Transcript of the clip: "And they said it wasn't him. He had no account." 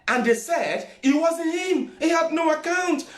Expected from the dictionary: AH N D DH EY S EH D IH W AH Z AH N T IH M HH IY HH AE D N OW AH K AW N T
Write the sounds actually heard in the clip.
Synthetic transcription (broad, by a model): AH N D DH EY S EH D IH W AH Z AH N IH M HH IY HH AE D N OW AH K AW N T